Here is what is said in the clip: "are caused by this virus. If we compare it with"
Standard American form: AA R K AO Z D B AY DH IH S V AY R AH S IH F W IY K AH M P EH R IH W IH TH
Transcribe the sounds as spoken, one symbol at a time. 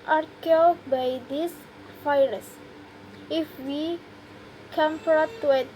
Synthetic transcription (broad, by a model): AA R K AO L B AY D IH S F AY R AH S IH F W IY K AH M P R IH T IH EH